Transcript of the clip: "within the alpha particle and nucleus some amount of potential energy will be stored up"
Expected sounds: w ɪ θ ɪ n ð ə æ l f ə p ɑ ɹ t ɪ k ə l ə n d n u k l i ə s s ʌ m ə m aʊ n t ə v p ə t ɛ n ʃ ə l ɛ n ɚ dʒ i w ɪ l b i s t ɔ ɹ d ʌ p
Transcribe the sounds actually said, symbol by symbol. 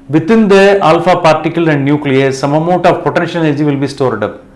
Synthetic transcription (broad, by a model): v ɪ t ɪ n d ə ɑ l f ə p ɑ ɹ t ɪ k ə l ə n d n u k l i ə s s ʌ m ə m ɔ t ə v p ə t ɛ n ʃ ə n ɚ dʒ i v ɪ l b i s t ɔ ɹ d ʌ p